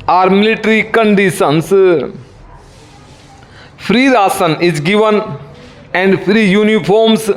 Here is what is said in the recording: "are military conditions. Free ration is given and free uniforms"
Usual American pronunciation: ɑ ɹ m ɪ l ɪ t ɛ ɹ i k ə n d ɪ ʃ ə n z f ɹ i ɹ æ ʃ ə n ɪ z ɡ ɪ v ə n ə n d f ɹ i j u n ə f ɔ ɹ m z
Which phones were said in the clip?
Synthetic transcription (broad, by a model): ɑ ɹ m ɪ l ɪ t ɹ i k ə n d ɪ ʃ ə n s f ɹ i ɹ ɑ s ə n ɪ z ɡ ɪ v ə n ə n d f ɹ i j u n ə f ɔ ɹ m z